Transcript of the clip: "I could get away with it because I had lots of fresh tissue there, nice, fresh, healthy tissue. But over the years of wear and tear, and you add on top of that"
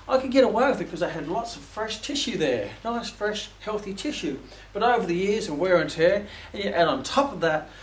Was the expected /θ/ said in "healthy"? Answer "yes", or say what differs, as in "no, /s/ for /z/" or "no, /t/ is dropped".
yes